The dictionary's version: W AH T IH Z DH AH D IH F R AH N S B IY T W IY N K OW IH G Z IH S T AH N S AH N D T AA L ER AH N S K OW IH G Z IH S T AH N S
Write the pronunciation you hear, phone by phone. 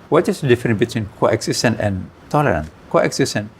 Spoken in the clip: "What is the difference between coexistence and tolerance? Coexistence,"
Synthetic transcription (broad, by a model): W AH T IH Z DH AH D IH F R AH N B IY T W IY N K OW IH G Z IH S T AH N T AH N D T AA L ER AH N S K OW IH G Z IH S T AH N